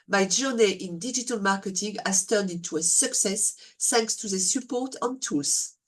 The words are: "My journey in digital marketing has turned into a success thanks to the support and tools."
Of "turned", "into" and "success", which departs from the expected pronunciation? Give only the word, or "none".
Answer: none